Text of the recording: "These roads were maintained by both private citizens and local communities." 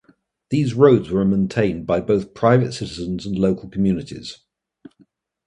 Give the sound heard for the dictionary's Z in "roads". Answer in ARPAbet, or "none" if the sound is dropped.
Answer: Z